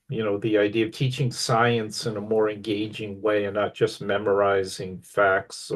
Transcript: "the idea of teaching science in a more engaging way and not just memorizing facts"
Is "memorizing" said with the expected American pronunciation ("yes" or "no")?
yes